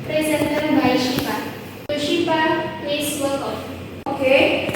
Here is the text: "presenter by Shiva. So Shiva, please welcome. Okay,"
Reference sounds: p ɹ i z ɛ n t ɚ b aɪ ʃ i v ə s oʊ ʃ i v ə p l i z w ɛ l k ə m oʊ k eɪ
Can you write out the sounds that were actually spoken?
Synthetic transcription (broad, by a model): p ɹ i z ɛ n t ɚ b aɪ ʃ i p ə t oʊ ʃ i p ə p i s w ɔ k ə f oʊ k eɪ